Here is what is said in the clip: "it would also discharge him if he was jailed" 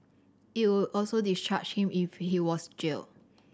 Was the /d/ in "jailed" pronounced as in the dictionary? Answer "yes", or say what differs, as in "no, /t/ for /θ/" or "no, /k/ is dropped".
no, /d/ is dropped